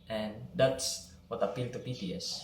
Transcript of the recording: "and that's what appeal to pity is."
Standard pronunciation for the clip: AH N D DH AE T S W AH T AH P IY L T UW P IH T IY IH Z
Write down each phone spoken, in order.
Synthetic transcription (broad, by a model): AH N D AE T S W AH T AH P IY L T UW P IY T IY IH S